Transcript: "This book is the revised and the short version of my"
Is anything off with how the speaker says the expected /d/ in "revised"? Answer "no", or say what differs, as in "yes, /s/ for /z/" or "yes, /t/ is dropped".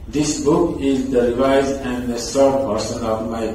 yes, /d/ is dropped